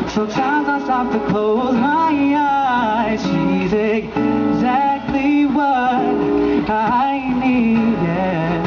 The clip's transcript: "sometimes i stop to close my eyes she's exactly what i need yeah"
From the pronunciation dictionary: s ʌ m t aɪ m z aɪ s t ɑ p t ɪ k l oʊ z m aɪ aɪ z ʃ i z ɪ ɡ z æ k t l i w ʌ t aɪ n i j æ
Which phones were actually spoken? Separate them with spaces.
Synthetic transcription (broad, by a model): s ʌ m t aɪ m z aɪ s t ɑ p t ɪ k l oʊ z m aɪ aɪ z ʃ i z ɪ ɡ z æ k t l i w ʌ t aɪ n i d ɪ